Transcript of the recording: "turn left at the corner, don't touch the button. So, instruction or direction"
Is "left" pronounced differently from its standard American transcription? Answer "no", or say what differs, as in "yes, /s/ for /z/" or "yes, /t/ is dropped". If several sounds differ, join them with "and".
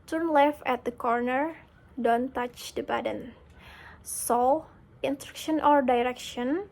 yes, /t/ is dropped